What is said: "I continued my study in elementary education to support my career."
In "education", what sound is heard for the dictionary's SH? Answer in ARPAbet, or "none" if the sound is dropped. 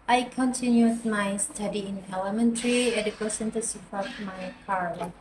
S